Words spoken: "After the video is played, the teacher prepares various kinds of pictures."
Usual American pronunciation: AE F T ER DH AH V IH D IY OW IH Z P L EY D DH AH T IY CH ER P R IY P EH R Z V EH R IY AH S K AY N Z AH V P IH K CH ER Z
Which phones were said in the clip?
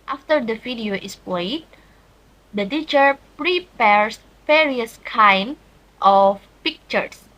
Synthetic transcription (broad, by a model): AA F T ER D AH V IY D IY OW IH S P L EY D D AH T IY CH ER P R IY P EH R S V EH R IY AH S K AY N AH F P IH K CH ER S